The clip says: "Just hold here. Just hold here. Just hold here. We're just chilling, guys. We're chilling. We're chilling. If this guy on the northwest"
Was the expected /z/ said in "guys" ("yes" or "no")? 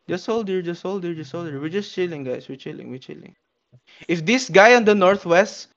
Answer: no